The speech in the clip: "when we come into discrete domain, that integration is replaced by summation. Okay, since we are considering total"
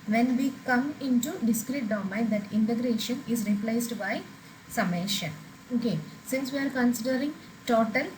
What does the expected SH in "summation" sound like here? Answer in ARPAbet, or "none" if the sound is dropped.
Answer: SH